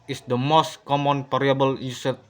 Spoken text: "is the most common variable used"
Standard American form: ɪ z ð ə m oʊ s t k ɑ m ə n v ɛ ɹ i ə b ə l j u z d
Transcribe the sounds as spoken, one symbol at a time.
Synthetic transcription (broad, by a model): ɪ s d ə m oʊ s t k ɑ m ə n p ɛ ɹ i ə b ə l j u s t